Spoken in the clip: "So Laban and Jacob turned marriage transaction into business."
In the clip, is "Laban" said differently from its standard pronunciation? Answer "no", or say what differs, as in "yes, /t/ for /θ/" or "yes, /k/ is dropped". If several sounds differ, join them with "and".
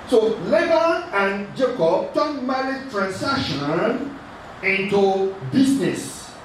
yes, /n/ is dropped